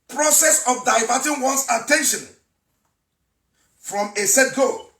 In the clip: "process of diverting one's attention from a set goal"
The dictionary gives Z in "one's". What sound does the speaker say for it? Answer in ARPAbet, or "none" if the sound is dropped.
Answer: S